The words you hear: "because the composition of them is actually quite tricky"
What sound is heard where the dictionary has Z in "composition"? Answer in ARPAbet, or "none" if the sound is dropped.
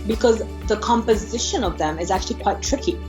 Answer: Z